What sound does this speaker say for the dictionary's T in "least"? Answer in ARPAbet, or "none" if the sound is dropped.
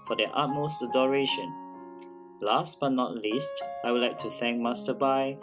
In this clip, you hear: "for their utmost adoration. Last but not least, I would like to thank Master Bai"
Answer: T